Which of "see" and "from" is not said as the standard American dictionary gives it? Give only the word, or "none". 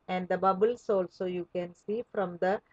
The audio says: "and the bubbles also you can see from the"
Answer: none